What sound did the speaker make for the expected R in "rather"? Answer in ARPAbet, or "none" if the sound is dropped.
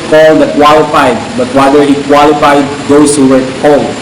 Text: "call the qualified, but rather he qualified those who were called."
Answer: W